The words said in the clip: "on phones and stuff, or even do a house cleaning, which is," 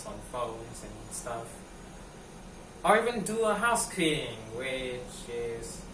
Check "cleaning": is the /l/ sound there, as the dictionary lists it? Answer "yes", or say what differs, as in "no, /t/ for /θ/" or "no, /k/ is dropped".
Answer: no, /l/ is dropped